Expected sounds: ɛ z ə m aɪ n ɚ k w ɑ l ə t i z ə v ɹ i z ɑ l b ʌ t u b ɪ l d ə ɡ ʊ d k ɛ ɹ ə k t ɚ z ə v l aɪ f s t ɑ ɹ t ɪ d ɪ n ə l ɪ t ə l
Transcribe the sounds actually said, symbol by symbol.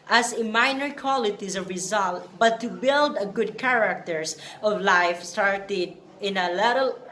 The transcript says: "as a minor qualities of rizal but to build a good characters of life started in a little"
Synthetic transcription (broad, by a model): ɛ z ə m aɪ n ɚ k w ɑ l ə t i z ə v ɹ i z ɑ l b ʌ t u b ɪ l d ə ɡ ʊ d k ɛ ɹ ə k t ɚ s ə v l aɪ f s t ɑ ɹ t ɪ d ɪ n ə l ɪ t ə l